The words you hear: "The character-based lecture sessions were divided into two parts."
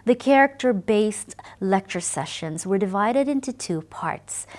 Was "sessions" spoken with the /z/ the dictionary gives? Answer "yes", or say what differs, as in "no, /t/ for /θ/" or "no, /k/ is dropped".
yes